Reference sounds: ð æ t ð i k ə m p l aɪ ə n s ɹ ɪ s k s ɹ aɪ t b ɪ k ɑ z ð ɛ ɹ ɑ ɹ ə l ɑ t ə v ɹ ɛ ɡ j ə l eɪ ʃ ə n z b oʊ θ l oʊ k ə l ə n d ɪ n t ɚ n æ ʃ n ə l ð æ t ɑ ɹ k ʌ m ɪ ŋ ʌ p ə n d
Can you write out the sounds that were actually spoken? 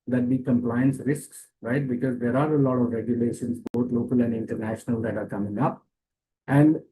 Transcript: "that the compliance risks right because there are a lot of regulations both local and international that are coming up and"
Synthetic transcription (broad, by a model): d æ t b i k ə m p l aɪ ə n s ɹ ɪ s k s ɹ aɪ t b ɪ k ɑ z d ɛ ɹ ɑ ɹ ə l ɑ t ə v ɹ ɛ ɡ j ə l eɪ ʃ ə n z b oʊ t l oʊ k ə l ə n d ɪ n t ɚ n æ ʃ n ə l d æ t ɑ ɹ k ʌ m ɪ ŋ ʌ p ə n d